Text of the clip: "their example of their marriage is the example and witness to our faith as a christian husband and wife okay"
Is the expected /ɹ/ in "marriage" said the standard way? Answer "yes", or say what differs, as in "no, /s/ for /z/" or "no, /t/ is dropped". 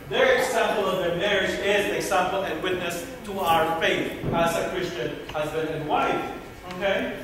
yes